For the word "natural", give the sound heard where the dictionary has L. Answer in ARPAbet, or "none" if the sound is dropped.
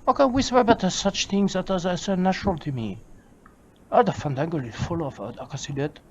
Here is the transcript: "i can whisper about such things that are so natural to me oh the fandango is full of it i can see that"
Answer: L